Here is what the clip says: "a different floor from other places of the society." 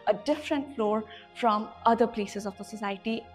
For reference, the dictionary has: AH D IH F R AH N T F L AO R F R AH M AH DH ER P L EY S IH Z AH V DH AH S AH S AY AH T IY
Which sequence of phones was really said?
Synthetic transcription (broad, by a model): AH D IH F R AH N T F L AO R F R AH M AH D ER P L EY S IH Z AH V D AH S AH S AY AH T IY